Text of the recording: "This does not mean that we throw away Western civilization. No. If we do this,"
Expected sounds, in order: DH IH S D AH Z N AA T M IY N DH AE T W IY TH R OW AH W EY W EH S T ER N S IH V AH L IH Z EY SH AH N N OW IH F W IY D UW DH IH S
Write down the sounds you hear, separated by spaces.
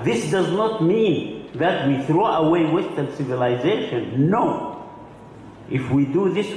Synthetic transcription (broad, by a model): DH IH S D AH Z N AA T M IY N DH AE T W IY TH R OW AH W EY W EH S T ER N S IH V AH L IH Z EY SH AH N N OW IH F W IY D UW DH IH S